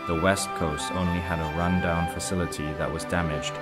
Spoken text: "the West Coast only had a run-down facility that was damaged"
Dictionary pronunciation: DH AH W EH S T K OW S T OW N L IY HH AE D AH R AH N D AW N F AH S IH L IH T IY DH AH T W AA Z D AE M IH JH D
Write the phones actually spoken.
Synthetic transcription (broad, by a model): DH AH W EH S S K OW S T OW N L IY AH D AH R AH N D AW N F AH S IH L IH T IY DH AH T W AA Z D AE M IH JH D